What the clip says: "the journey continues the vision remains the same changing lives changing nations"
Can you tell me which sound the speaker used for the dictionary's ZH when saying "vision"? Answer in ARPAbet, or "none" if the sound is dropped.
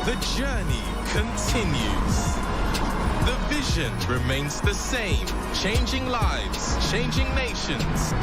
ZH